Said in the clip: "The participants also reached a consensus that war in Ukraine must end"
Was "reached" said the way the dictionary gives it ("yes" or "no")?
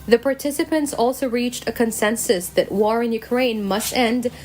yes